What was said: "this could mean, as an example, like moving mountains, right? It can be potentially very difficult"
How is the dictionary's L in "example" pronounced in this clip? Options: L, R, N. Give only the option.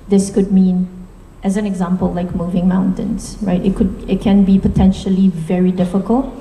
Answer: L